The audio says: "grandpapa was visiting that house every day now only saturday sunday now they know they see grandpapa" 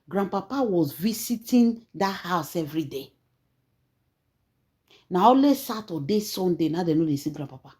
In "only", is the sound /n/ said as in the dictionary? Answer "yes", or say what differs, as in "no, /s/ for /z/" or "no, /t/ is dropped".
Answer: no, /n/ is dropped